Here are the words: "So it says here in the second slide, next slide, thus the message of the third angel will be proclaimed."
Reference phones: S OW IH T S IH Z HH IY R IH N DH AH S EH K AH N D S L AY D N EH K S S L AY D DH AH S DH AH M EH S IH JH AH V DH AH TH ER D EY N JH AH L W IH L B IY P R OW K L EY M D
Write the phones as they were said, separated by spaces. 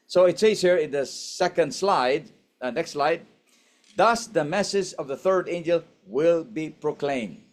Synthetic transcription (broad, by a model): S OW IH T S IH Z HH IY R IH N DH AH S EH K AH N D S L AY D N EH K S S L AY D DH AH S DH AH M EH S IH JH AH V DH AH TH ER D EY N JH AH L W IH L B IY P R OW K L EY M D